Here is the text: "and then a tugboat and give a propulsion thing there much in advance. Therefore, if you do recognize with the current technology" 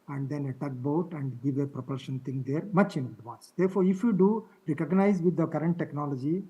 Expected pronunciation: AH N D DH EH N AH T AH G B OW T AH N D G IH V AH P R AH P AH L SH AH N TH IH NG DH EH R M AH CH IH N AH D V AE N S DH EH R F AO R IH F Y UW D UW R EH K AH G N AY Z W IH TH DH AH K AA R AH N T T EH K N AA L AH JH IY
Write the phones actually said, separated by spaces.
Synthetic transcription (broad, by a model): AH N D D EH N AH T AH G B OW T AH N D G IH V AH P R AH P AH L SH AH N T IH NG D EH R M AH CH IH N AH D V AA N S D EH R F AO R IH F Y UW D UW R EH K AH G N AY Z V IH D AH K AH R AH N T T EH K N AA L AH JH IY